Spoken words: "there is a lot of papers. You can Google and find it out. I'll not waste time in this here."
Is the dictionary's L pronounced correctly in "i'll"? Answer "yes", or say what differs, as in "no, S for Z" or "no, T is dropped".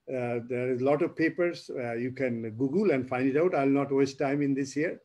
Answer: yes